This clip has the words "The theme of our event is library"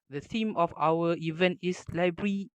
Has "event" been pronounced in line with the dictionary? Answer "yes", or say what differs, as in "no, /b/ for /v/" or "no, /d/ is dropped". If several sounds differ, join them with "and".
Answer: yes